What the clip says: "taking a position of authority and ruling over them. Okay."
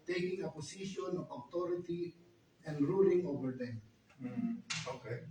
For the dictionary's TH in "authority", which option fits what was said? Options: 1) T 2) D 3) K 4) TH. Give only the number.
1